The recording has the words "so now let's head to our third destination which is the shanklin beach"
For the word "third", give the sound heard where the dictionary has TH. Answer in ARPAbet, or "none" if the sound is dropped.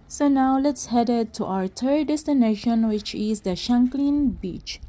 T